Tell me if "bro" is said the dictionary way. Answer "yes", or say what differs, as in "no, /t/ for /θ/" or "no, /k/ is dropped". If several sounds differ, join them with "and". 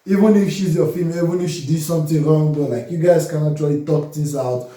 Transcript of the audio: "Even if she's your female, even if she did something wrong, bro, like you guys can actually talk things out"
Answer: no, /ɹ/ is dropped